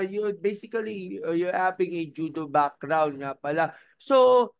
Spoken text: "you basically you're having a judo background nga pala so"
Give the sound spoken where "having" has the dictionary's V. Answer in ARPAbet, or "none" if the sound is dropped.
P